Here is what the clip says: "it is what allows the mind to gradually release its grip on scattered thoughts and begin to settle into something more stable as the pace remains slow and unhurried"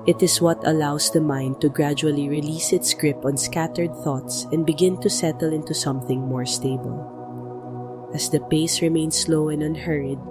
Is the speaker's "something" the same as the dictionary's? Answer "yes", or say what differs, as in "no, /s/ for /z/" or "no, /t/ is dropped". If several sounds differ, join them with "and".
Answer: yes